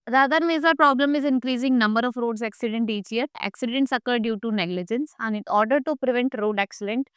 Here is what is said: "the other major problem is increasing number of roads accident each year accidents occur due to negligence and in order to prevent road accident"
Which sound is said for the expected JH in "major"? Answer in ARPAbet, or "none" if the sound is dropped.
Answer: Z